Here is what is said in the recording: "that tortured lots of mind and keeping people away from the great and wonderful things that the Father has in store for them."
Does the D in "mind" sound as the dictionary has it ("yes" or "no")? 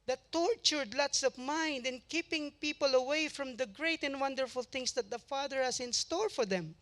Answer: yes